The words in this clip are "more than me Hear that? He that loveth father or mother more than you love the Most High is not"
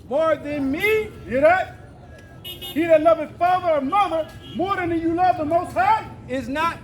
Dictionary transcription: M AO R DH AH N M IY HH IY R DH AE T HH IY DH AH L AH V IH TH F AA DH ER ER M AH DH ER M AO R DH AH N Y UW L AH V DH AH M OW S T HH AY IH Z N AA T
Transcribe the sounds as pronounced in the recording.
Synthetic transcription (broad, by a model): M AO R DH AH N M IY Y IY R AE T HH IY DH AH L AH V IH F AA DH ER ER M AH DH ER M AO R DH AH N Y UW L AH V DH AH M OW S T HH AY IH Z N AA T